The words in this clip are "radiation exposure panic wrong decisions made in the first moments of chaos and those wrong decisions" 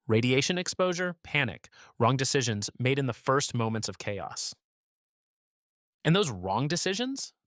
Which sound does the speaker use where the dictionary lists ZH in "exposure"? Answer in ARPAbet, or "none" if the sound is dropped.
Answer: ZH